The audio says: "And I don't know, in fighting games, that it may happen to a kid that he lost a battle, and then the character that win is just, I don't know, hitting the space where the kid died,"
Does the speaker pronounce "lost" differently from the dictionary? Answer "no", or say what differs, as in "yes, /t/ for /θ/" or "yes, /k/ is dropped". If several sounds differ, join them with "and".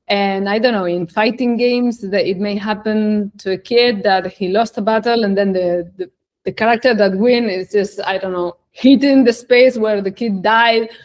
no